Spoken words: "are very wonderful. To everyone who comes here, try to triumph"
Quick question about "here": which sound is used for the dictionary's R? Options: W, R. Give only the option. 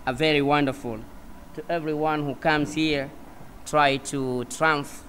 R